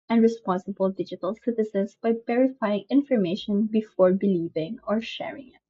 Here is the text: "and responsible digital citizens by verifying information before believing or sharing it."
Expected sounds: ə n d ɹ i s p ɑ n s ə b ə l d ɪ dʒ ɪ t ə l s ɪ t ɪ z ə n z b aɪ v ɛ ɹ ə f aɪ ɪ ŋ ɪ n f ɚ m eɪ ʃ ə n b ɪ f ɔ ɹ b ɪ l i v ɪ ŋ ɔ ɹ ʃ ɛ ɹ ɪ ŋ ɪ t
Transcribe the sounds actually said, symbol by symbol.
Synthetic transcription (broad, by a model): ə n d ɹ i s p ɑ n s ə b ə l d ɪ dʒ ɪ t ə l s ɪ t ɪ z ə n s b aɪ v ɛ ɹ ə f aɪ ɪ ŋ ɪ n f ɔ m eɪ ʃ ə n b ɪ f ɔ ɹ b ɪ l i v ɪ ŋ ɔ ɹ ʃ ɛ ɹ ɪ ŋ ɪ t